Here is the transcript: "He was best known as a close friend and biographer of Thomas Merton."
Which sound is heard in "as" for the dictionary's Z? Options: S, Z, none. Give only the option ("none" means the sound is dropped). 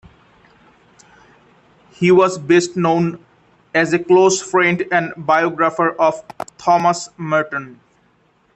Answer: Z